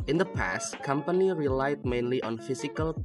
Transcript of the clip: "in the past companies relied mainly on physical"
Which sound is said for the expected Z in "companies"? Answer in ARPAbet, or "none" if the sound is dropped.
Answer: none